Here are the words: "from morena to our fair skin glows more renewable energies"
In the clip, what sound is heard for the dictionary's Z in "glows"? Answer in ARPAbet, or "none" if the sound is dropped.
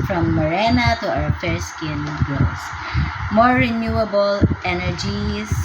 S